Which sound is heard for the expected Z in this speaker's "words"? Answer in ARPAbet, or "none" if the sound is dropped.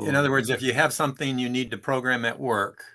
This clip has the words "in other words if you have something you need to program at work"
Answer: Z